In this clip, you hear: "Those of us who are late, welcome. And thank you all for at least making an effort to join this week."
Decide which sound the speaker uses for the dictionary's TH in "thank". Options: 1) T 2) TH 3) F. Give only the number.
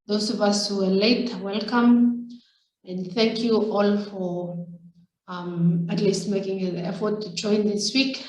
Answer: 2